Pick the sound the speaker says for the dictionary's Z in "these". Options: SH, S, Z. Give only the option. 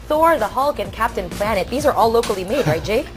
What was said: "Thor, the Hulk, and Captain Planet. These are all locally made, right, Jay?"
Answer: Z